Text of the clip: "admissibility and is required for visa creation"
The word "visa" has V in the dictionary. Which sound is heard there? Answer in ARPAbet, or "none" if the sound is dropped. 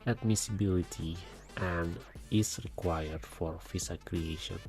F